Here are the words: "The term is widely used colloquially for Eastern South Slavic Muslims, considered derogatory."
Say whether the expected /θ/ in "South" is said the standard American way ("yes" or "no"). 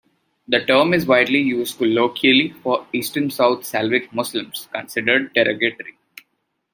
no